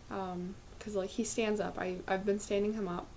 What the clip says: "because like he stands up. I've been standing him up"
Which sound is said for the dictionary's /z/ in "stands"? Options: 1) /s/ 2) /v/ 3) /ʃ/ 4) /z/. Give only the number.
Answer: 4